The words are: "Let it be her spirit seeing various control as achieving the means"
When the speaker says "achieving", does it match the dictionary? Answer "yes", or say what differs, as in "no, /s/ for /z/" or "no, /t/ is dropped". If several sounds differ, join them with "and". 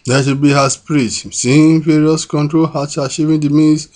no, /ʃ/ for /tʃ/